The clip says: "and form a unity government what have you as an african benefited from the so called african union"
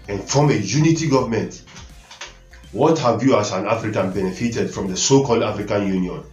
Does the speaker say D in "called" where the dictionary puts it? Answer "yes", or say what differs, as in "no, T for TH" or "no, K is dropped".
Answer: yes